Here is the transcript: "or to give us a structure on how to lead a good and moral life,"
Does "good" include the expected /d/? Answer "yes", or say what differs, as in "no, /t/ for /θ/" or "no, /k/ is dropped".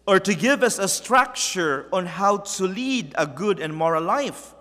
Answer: yes